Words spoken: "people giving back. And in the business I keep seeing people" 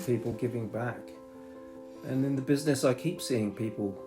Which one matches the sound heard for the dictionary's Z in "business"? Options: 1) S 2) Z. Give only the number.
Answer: 2